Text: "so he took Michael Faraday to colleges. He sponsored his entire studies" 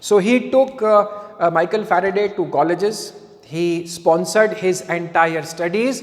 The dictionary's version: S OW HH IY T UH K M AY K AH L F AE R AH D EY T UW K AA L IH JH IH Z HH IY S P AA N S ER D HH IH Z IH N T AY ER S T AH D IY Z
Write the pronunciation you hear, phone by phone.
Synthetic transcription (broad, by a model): S OW HH IY T UH K M AY K AH L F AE R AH D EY T UW K AA L IH JH IH Z HH IY S P AA N S ER D HH IH Z IH N T AY ER S T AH D IY Z